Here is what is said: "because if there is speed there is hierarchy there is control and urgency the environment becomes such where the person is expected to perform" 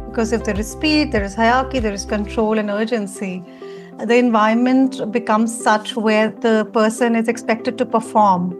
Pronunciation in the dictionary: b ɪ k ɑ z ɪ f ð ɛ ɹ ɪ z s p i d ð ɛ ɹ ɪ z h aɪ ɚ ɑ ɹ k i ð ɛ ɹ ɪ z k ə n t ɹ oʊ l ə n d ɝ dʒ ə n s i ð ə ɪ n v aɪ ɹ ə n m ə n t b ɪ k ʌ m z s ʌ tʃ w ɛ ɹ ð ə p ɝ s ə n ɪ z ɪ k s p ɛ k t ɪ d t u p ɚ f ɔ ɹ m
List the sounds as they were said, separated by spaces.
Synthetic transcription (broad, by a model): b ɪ k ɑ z ɪ f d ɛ ɹ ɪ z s p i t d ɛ ɹ ɪ z h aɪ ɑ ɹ k i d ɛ ɹ ɪ z k ə n t ɹ oʊ l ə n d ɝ dʒ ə n s i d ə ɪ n v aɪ ə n m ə n t b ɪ k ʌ m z s ʌ tʃ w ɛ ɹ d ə p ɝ s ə n ɪ z ɪ k s p ɛ k t ɪ d t u p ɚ f ɔ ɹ m